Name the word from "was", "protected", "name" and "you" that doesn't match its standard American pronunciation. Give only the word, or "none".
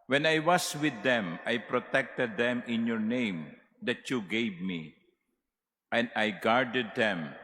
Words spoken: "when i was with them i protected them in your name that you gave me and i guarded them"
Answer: was